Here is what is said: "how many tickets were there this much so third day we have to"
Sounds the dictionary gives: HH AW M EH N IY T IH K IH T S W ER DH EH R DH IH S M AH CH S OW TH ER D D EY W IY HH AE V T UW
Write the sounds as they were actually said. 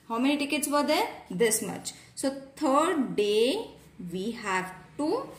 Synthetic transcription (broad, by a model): HH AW M EH N IY T IH K IH T S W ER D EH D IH S M AH CH S OW T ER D D EY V IY HH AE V T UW